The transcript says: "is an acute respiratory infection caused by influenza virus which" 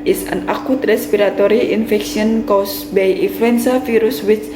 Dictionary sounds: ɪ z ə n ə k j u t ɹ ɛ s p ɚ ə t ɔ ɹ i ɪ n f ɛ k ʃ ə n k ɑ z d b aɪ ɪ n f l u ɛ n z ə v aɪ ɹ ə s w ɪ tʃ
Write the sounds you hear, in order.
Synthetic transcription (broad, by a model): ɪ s ə n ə k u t ɹ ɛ s p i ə t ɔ ɹ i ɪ n f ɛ k s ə n k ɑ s b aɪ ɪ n f l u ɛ n s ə f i ɹ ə s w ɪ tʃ